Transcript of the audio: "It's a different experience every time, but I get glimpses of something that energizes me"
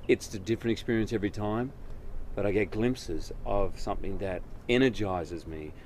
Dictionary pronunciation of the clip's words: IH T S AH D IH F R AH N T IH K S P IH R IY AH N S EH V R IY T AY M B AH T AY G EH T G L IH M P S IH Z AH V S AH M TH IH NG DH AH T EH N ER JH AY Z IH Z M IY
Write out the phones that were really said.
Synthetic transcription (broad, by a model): IH T S AH D IH F R AH N T IH K S P IH R IY AH N S EH V R IY T AY M B AH T AY G EH T G L IH M P S IH Z AH V S AH M TH IH NG DH AH T EH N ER JH AY Z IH Z M IY